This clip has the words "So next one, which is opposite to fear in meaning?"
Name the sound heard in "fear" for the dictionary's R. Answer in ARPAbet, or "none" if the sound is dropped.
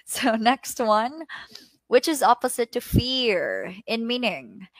R